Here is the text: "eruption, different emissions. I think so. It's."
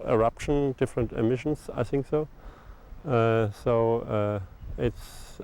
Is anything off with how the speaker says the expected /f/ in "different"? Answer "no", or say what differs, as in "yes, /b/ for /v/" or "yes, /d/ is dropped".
no